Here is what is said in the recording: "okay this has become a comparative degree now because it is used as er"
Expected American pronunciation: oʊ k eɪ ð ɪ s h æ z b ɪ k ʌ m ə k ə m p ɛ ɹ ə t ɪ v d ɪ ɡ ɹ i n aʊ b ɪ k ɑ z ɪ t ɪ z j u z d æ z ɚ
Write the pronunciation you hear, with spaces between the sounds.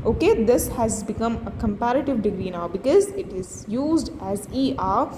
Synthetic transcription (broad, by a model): oʊ k eɪ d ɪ s h æ z b ɪ k ʌ m ə k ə m p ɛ ɹ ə t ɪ v d ɪ ɡ ɹ i n aʊ b ɪ k ɑ z ɪ t ɪ z j u z d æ z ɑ